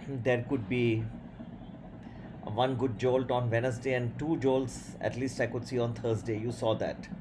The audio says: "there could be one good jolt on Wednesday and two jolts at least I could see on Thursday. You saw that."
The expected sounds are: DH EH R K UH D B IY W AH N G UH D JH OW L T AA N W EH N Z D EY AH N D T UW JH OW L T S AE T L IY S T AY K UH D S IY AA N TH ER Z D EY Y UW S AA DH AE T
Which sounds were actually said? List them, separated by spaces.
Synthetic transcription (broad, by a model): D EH R K UH D B IY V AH N G UH D JH OW L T AA N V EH N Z D EY AH N D T UW JH OW L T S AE T L IY S T AY K UH D S IY AA N T ER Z D EY Y UW S AA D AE T